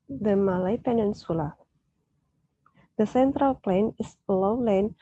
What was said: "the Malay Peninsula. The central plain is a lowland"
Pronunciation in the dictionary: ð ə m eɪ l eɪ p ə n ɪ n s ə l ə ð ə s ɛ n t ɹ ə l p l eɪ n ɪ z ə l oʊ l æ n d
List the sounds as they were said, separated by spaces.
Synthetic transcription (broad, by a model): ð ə m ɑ l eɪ p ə n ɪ n s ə l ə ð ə s ɛ n t ɹ ə l p l eɪ n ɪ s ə l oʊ l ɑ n